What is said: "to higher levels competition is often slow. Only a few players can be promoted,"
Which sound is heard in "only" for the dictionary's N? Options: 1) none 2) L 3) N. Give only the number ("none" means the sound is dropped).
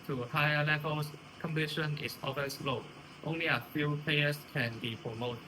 3